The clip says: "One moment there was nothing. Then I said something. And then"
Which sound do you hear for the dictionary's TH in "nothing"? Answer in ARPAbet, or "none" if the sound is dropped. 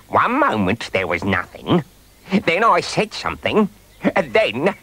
TH